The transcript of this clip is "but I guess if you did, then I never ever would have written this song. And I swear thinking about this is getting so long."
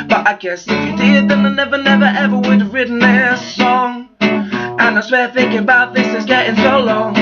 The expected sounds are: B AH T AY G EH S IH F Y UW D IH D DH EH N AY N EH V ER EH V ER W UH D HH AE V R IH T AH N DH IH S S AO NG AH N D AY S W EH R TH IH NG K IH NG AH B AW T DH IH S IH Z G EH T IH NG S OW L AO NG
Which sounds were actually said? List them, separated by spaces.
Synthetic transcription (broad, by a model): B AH T AY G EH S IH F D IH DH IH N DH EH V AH N EH V ER EH V ER W UH D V R IH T N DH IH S S AO NG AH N AY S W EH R TH IH NG K IH NG AH B AW T DH IH S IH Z G EH T IH NG S OW L AO NG